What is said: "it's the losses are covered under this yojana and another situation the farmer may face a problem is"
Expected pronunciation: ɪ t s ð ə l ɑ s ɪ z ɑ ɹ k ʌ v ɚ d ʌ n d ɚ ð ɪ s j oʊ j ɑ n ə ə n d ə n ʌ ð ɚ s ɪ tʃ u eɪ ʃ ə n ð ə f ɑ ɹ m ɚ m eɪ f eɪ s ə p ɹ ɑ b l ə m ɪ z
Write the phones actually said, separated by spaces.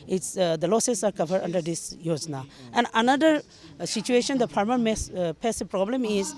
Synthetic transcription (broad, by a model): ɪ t s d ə l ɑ s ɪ s ɑ ɹ k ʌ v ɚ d ʌ n d ɚ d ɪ s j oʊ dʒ n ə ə n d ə n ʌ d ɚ s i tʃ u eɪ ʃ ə n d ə p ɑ ɹ m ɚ m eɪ p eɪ s ə p ɹ ɑ b l ə m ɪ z